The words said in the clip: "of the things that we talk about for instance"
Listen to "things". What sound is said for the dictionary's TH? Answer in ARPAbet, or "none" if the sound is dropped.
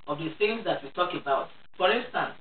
S